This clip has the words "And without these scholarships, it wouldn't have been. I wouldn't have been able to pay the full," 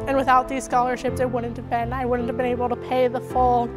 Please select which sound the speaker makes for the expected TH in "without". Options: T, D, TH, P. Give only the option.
TH